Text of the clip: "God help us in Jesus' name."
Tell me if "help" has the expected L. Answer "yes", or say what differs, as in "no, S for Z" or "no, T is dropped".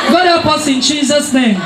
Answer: no, L is dropped